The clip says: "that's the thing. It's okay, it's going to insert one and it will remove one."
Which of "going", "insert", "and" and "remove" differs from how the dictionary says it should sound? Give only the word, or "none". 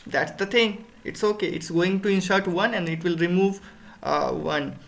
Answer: insert